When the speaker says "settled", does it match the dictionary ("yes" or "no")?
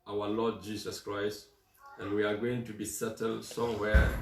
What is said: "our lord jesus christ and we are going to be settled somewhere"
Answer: yes